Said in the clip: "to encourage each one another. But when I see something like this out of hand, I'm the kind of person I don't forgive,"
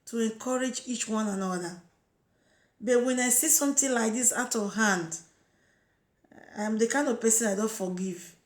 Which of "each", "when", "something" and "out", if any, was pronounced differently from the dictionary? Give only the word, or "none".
something